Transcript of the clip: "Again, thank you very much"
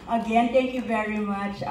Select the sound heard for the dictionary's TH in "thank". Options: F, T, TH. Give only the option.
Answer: T